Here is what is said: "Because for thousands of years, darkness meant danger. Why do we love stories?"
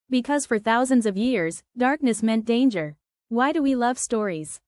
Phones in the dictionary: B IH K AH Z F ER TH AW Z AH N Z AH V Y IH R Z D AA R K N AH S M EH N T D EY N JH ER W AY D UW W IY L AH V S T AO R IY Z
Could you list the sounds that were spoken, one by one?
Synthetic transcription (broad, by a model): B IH K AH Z F ER TH AW Z AH N Z AH V Y IH R Z D AA R K N AH S M EH N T D EY N JH ER W AY D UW W IY L AH V S T AO R IY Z